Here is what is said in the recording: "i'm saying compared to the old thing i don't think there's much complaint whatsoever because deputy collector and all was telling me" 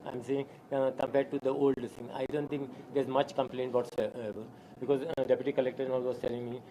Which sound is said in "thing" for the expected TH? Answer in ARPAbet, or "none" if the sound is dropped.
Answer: S